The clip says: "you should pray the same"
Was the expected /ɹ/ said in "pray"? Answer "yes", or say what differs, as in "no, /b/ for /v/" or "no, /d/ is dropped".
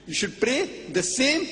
yes